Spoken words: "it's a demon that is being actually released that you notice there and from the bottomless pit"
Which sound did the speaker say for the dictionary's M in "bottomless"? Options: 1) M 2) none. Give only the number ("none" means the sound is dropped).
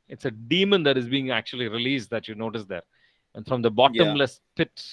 1